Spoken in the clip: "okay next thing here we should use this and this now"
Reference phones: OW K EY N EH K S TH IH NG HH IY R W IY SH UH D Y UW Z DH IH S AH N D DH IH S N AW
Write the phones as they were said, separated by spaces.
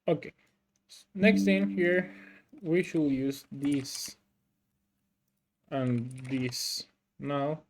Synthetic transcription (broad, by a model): OW K EY N EH K S T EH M HH IY R W IY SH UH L Y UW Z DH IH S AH N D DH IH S N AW